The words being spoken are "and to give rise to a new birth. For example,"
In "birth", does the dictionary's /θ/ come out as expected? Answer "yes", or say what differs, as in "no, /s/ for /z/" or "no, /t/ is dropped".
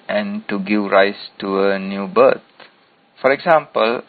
no, /t/ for /θ/